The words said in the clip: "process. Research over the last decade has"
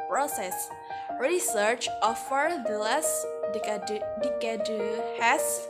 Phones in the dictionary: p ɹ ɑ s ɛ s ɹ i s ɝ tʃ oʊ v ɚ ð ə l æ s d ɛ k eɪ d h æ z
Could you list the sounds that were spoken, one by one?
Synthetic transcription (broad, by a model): p ɹ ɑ s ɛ s ɹ i s ɝ tʃ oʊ f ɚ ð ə l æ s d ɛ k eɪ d h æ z